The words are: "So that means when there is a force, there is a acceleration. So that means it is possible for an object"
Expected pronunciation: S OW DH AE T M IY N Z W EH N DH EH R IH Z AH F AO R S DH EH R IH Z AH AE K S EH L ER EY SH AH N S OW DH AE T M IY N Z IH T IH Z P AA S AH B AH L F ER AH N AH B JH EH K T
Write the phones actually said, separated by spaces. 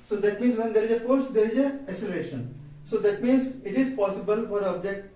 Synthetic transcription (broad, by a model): S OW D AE T M IY N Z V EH N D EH R IH Z AH F AO R S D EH R IH Z AH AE S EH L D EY SH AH N S OW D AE T M IY N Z IH T IH Z P AA S AH B AH L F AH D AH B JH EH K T